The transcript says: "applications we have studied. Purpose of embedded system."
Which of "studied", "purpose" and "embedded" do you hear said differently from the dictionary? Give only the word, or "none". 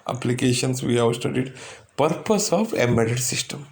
embedded